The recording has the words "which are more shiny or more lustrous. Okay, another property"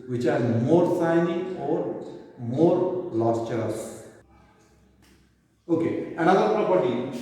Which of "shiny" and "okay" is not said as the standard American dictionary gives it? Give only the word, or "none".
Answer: shiny